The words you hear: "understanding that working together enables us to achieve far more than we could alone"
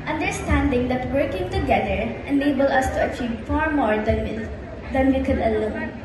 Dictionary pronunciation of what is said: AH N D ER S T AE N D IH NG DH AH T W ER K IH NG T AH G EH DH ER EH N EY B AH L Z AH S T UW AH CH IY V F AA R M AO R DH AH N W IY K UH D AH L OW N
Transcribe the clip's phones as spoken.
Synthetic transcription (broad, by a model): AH N D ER S T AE N D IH NG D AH T W ER K IH NG T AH G EH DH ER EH N EY B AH L AH S T UW AH CH IY V F AA R M AO R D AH N W IY K UH D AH L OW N